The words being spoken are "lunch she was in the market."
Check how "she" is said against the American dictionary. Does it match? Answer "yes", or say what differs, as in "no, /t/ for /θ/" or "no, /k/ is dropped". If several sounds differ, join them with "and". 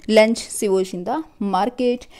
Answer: no, /s/ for /ʃ/